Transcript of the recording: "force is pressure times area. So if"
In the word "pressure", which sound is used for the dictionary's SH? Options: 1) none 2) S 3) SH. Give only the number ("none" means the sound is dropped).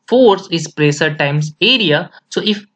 2